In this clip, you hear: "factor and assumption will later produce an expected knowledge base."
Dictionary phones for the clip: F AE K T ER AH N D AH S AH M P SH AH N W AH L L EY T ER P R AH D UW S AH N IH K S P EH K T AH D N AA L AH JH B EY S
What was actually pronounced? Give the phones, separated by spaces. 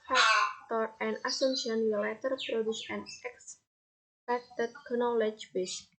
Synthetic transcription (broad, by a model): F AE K T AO AH N D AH S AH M SH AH N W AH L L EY T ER P R AH D UW S AH N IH K S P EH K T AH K N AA L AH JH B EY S